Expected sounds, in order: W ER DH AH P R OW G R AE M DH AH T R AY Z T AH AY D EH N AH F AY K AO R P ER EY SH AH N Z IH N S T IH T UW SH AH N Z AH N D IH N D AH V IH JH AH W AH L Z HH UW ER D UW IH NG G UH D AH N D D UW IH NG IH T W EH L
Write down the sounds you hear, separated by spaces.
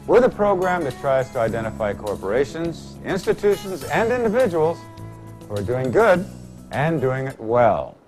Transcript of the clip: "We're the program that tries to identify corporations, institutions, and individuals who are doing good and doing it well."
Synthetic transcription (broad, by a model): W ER DH AH P R OW G R AE M DH AH T R AY Z T AH AY D EH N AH F AY K AO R P ER EY SH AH N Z IH N S T IH T UW SH AH N Z AH N D IH N D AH V IH JH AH W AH L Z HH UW ER D UW IH NG G UH D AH N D D UW IH NG IH T W EH L